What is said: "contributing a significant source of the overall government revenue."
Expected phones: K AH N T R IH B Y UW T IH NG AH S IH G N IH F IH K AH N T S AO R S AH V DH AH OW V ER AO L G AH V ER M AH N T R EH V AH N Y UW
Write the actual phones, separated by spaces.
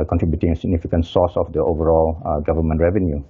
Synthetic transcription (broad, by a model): K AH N T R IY B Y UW T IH NG AH S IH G N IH F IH K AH N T S AO S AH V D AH OW V ER AO L G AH V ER M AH N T R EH V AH N Y UW